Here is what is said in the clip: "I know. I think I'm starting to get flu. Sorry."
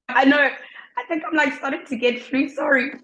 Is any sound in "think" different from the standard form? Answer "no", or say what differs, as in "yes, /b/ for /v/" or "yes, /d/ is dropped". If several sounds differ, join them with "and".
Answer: no